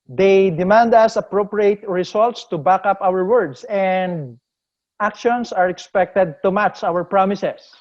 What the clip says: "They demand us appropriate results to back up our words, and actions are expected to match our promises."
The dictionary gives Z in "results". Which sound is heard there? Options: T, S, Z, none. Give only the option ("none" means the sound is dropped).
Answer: S